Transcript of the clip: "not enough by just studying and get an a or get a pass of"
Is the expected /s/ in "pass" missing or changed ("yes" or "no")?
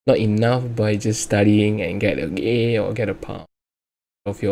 yes